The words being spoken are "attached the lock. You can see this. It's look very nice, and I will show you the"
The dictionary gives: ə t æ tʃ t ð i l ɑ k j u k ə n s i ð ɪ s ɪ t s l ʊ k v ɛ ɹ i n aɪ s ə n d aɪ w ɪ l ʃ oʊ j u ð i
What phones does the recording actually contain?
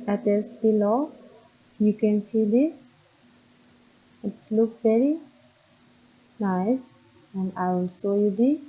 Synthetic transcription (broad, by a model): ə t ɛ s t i l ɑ j u k ə n s i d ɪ s ɪ t s l ʊ k v ɛ ɹ i n aɪ s ə n d aɪ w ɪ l s oʊ j u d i